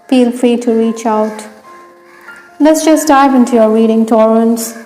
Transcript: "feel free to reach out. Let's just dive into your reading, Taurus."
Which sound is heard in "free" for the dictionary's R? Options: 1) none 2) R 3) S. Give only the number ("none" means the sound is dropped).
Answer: 2